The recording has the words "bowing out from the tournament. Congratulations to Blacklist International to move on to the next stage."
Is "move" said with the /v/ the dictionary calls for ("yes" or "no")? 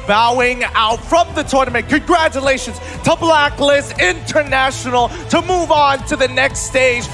yes